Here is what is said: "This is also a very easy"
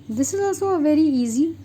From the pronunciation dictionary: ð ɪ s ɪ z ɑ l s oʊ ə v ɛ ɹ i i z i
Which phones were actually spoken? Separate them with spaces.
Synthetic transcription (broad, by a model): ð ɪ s ɪ z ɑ s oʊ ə v ɛ ɹ i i z i